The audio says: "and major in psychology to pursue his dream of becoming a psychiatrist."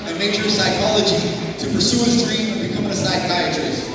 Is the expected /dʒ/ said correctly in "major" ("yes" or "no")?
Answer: no